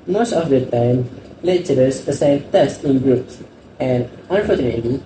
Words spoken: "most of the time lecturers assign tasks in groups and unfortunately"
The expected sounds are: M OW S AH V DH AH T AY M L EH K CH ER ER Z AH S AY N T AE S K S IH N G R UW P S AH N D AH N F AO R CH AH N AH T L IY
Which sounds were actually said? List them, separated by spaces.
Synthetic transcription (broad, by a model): M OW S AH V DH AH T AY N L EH CH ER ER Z AH S AY N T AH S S IH N G R UW P S AH N D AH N F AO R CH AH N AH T L IY